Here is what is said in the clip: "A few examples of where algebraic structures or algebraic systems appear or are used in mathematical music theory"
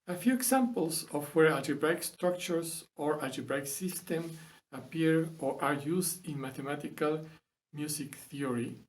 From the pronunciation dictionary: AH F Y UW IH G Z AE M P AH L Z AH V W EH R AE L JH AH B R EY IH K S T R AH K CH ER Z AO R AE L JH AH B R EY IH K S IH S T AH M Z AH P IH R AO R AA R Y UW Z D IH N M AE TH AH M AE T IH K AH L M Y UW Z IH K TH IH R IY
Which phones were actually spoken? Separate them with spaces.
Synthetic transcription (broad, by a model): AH F Y UW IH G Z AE M P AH L S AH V W EH R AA JH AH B R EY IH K S T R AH K CH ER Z AO R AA JH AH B R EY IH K S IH S T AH M AH P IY R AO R AA R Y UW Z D IH N M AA T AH M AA T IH K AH L M Y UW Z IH K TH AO R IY